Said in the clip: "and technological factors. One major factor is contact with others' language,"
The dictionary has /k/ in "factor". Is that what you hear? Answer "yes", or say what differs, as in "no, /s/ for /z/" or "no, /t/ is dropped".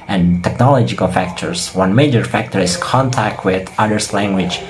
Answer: yes